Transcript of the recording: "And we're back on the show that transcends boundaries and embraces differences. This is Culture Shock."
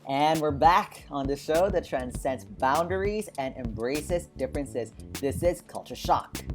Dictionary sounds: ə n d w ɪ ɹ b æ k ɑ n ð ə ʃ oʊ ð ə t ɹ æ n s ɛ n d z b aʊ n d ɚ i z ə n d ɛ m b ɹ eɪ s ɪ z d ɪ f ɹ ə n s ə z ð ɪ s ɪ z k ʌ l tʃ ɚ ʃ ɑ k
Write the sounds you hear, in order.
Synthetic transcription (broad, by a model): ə n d w ɪ ɹ b æ k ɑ n ð ə ʃ oʊ ð ə t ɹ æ n s ɛ n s b aʊ n d ɚ i z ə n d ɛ m b ɹ eɪ s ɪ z d ɪ f ɹ ə n s ə z ð ɪ s ɪ z k ʌ l tʃ ɚ ʃ ɑ k